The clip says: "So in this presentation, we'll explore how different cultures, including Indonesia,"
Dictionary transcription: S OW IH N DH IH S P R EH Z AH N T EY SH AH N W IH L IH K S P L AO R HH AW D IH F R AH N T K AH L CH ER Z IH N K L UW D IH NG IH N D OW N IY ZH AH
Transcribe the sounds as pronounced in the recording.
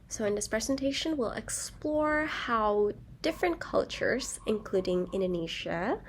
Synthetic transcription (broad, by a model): S OW IH N DH IH S P R EH Z AH N T EY SH AH N W IH L IH K S P L AO R HH AW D IH F R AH N K AH L CH ER Z IH N K L UW D IH NG IH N D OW N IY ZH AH